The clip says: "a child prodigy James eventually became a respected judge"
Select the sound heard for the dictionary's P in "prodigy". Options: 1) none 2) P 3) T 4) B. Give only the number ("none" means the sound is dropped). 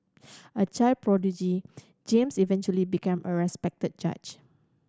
2